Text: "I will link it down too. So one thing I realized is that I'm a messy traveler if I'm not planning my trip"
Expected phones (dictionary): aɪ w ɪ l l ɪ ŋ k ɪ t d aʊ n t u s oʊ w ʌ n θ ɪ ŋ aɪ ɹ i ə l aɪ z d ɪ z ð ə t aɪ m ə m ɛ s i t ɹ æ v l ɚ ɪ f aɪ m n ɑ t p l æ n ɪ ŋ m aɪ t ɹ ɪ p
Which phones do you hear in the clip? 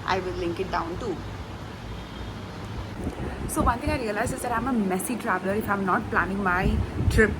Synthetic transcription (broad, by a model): aɪ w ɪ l l ɪ ŋ k ɪ t d aʊ n t u s oʊ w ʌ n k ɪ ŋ aɪ ɹ i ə l aɪ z ɪ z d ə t aɪ m ə m ɛ s i t ɹ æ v l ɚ ɪ f aɪ m n ɑ t p l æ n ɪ ŋ m aɪ t ɹ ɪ p